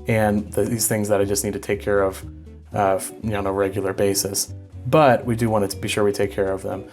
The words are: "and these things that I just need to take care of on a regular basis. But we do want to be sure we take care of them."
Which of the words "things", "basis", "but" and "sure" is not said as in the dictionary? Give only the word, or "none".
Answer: none